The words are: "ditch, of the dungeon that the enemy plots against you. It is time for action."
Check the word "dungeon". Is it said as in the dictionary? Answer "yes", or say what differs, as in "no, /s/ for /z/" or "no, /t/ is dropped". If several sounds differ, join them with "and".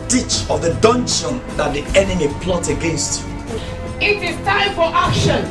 no, /ʃ/ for /dʒ/